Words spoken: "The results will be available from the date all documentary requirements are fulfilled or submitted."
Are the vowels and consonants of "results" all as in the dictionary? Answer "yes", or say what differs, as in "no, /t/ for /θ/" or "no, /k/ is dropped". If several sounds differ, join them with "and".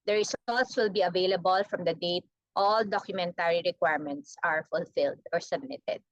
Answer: no, /l/ is dropped